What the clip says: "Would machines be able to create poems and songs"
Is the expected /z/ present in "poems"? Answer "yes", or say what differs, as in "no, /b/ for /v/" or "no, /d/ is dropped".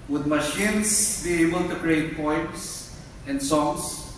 no, /s/ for /z/